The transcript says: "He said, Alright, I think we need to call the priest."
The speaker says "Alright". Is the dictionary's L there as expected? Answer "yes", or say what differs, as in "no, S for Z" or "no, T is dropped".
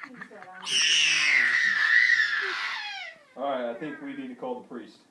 no, L is dropped